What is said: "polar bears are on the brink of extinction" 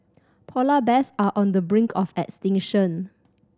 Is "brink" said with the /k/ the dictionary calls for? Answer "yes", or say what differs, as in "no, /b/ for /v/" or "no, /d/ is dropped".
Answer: yes